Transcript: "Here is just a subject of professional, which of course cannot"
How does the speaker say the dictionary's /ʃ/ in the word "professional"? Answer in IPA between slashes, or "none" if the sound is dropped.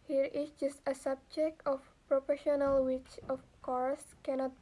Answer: /ʃ/